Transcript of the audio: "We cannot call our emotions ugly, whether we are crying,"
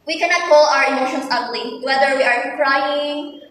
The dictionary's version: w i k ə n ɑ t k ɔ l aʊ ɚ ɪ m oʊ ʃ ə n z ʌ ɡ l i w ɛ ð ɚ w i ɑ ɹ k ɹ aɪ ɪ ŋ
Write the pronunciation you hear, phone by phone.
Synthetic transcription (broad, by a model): w i k ə n ɑ t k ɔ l aʊ ɚ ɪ m oʊ ʃ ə n s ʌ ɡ l i w ɛ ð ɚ w i ɑ ɹ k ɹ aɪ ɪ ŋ